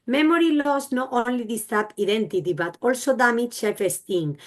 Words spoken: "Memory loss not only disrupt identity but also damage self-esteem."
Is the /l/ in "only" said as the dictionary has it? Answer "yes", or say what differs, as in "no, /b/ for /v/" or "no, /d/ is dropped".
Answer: yes